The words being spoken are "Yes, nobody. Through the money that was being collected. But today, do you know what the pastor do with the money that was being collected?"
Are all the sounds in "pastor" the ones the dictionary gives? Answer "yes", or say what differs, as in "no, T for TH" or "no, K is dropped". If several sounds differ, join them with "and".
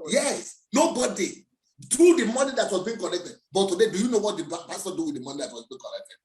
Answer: no, B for P